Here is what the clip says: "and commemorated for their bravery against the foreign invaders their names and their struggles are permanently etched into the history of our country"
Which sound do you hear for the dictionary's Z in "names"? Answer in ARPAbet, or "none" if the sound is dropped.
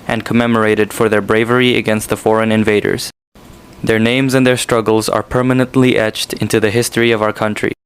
Z